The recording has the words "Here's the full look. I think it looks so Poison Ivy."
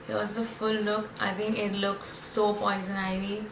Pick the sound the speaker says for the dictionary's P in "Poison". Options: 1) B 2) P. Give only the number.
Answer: 2